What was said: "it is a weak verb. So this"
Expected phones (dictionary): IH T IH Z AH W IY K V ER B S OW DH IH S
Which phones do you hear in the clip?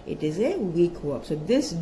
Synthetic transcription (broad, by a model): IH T IH Z AH W IY K W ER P S OW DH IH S